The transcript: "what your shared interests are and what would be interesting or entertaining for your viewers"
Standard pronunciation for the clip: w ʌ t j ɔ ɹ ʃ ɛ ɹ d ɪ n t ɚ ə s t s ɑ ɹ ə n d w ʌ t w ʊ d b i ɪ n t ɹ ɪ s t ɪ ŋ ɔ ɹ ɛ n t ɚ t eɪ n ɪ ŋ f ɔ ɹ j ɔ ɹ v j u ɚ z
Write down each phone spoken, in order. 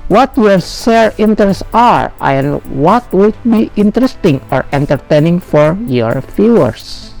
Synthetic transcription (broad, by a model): w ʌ t j ɔ ɹ s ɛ ɹ ɪ n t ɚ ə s s ɑ ɹ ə n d w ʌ t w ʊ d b i ɪ n t ɹ ɪ s t ɪ ŋ ɔ ɹ ɛ n t ɚ t eɪ n ɪ ŋ f ɔ ɹ j ɔ ɹ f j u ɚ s